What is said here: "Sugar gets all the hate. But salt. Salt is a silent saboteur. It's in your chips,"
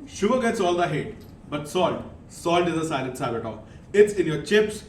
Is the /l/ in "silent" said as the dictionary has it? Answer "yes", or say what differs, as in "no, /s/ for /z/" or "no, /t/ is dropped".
no, /n/ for /l/